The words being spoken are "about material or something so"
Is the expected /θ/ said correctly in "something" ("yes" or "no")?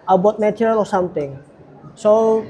no